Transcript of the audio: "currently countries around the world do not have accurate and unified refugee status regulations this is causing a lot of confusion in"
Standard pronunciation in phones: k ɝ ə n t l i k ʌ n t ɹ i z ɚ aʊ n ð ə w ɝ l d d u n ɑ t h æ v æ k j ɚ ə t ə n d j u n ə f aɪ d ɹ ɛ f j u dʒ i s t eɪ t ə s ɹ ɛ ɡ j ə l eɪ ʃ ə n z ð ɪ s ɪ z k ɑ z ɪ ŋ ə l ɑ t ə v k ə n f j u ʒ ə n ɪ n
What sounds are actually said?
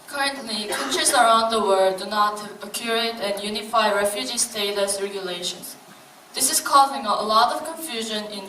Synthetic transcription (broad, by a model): k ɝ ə n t l i k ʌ n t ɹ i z ɚ aʊ n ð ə w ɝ d d u n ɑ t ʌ k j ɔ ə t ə n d j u n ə f aɪ ɹ ɛ f j u dʒ i s t eɪ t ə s ɹ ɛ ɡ j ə l eɪ ʃ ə n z ð ɪ s ɪ z k ɑ z ɪ ŋ ə l ɑ t ə v k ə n f j u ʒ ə n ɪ n